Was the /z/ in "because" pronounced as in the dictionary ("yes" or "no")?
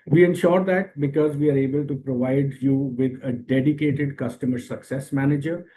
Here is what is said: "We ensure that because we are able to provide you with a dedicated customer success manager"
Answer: yes